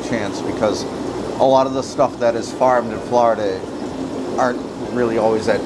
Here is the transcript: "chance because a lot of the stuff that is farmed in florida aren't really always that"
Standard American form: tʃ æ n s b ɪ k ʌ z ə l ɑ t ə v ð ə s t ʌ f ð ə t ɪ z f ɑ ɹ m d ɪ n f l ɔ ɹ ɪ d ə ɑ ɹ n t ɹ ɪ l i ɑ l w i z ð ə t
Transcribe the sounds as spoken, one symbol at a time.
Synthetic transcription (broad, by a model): tʃ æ n s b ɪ k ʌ z ə l ɑ t ə v ð ə s t ʌ f ð ə t ɪ z f ɑ ɹ m d ɪ n f l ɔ ɹ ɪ d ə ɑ ɹ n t ɹ ɪ l i ɑ l w i z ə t